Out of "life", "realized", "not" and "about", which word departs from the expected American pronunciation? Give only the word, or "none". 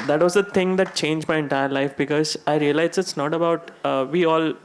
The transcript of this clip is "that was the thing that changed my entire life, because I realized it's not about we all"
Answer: realized